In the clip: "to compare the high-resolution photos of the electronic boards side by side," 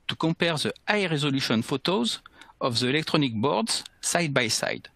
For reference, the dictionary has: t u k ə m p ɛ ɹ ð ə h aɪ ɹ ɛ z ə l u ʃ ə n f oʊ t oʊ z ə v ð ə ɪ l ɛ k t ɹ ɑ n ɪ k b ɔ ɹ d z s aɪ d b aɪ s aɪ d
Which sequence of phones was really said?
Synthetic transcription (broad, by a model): t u k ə p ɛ ɹ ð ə aɪ ɹ ɛ z ə l u ʃ ə n f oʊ t oʊ z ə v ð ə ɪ l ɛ k t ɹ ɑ n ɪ k b ɔ ɹ d z s aɪ d b aɪ s aɪ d